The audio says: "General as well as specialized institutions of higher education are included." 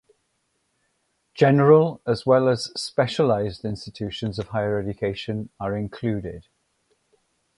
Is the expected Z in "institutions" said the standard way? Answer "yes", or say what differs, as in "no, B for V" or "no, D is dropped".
yes